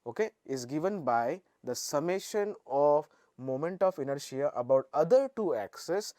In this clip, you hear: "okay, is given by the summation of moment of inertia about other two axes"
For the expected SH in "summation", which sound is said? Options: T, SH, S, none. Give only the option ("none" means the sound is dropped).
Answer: SH